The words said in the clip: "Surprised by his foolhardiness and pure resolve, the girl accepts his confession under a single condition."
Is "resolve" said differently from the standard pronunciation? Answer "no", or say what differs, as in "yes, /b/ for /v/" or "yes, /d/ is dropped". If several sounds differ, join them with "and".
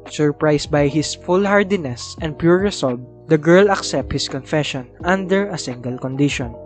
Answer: yes, /s/ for /z/